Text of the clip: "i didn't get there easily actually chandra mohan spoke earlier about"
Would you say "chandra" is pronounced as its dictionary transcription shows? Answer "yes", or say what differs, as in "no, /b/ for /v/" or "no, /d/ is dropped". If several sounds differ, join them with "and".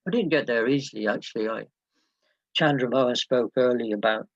yes